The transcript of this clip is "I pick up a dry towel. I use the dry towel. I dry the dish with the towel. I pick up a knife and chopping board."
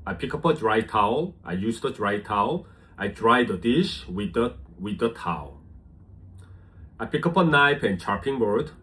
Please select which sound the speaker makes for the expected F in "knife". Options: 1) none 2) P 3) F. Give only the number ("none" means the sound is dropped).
2